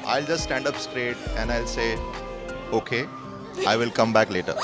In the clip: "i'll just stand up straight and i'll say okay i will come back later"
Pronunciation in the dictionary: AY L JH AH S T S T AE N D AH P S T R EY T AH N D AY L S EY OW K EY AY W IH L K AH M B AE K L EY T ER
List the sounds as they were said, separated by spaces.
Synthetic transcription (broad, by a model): AY L JH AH S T S T AE N D AH P S T R EY T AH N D AY L S EY OW K EY AY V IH L K AH M B AE K L EY T ER